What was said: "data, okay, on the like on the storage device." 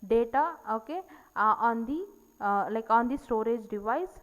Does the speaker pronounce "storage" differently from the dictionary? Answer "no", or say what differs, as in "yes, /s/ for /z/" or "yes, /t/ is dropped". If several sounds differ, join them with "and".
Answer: no